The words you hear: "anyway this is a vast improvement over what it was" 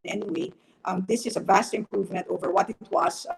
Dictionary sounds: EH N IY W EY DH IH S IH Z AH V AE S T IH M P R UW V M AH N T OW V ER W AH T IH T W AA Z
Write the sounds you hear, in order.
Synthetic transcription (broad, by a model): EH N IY W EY DH IH S IH Z AH V AE S T IH M P R UW V M AH N T OW V ER W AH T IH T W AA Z